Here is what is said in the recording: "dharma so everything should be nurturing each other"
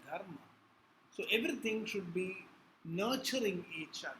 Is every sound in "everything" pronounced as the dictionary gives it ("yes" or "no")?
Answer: no